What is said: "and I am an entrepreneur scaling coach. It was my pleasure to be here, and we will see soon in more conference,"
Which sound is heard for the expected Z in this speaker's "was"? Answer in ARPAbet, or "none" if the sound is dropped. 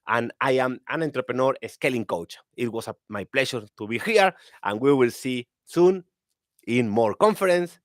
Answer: S